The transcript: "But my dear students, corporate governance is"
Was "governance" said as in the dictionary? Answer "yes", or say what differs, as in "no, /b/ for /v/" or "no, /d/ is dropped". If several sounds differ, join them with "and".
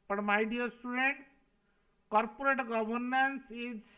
no, /b/ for /v/